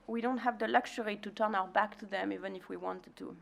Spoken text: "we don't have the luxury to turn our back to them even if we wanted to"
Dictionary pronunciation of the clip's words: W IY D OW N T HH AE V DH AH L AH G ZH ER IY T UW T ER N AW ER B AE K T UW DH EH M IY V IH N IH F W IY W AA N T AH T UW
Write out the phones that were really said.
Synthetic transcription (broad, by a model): W IY D OW N T HH AE V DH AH L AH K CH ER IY T UW T ER N AW ER B AE K T UW DH EH M IY V IH N IH F W IY W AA N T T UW